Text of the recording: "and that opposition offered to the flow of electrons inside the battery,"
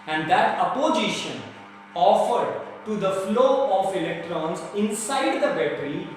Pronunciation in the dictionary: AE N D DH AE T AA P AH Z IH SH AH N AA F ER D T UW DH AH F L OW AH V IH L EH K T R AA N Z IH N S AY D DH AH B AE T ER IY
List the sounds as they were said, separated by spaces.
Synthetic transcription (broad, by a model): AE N D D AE T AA P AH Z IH SH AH N AA F ER D T UW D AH F L OW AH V IH L EH K T R AA N Z IH N S AY D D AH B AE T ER IY